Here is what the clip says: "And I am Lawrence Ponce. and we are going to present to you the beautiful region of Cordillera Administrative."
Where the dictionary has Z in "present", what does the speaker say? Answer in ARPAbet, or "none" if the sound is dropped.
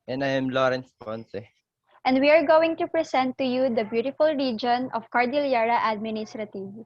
S